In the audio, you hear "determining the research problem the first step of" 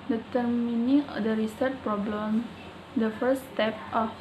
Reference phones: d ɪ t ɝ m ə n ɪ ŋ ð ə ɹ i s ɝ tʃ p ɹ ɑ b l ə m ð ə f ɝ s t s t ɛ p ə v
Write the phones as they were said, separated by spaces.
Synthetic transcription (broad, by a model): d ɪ t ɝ m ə n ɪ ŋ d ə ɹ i s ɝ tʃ p ɹ ɑ b l ə m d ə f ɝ t s t ɛ p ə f